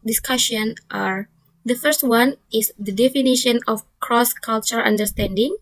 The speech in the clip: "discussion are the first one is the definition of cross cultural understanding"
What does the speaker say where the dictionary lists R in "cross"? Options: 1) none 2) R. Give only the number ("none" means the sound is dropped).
2